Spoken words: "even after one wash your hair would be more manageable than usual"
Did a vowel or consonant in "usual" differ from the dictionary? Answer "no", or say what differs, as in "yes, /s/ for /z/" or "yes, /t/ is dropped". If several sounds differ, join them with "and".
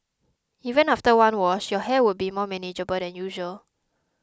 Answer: no